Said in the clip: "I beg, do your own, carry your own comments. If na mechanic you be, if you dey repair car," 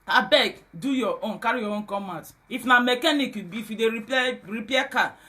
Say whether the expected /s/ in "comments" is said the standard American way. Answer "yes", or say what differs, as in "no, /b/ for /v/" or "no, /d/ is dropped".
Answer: no, /s/ is dropped